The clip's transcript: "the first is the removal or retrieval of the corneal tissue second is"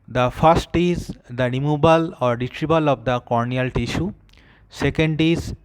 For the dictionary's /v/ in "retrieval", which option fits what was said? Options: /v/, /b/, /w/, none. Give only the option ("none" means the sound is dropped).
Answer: /b/